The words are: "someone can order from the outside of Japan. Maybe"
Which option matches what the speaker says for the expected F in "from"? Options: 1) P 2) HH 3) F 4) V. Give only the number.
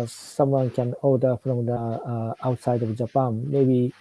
1